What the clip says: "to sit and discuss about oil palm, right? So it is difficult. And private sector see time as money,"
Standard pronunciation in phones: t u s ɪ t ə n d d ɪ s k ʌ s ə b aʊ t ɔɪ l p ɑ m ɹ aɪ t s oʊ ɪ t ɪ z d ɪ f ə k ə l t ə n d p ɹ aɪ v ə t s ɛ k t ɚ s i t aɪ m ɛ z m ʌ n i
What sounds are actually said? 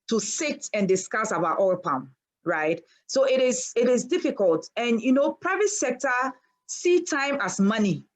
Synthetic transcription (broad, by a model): t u s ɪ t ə n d d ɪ s k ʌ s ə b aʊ t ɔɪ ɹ p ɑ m ɹ aɪ t s oʊ ɪ t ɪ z d ɪ f ə k ə l t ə n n p ɹ aɪ v ə t s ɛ k t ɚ s i t aɪ m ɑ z m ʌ n i